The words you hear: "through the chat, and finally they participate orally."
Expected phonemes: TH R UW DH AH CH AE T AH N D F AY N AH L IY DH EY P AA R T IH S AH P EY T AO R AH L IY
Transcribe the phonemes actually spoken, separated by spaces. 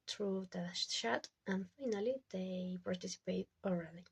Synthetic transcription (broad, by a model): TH R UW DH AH SH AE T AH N F AY N AH L IY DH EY P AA R T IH S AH P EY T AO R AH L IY